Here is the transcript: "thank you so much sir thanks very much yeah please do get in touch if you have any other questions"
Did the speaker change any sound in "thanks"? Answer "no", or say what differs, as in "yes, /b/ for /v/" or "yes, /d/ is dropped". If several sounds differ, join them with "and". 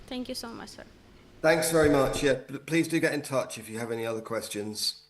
no